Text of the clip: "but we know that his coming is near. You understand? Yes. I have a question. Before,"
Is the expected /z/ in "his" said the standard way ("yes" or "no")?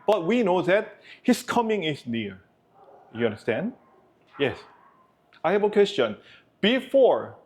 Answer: no